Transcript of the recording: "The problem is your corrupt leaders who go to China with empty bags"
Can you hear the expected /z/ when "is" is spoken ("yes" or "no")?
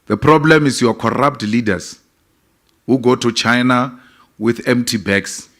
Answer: no